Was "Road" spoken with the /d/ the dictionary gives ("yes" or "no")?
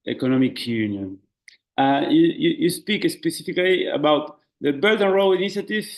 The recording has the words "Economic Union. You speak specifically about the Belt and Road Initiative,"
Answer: no